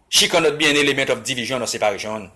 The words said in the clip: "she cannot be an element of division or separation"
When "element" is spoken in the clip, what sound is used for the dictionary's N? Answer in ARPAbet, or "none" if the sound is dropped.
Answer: none